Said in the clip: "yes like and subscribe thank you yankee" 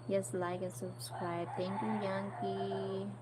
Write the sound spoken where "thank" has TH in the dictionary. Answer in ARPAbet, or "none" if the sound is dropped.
T